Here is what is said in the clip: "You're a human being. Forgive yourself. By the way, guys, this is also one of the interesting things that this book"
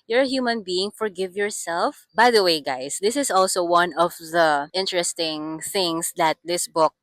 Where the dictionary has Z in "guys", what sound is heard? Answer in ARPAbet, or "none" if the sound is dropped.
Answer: S